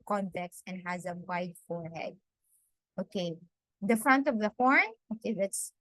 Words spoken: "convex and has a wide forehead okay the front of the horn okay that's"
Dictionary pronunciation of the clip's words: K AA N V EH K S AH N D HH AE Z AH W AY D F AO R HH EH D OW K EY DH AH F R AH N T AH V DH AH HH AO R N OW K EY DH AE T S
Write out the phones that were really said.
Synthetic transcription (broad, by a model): K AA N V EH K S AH N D HH AE Z AH W AY D F AO R HH EH D OW K EY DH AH F R AH N T AH V DH AH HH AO R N OW K EY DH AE T S